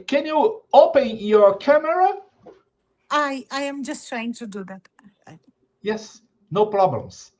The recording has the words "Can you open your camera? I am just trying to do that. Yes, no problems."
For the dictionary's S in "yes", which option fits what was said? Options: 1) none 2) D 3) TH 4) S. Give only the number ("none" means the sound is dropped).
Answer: 4